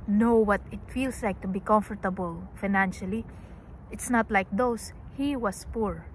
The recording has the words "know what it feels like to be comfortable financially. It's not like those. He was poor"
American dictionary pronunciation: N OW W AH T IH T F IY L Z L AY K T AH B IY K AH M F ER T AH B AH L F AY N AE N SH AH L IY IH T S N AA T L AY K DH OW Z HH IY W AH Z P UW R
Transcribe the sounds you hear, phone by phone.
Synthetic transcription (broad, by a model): N OW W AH T IH T F IY L S L AY K T AH B IY K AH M F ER T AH B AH L F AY N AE N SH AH L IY IH T S N AA T L AY K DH OW S HH IY W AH S P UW R